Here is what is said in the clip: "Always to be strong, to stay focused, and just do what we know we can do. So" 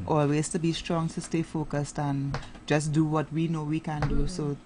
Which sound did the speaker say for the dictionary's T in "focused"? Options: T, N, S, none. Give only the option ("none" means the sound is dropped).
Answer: T